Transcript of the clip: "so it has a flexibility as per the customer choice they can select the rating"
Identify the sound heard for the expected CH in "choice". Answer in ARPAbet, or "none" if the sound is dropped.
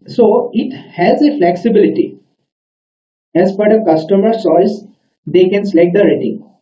S